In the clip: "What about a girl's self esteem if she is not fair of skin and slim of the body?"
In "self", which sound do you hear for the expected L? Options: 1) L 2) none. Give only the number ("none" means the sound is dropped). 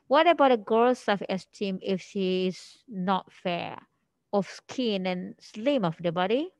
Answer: 2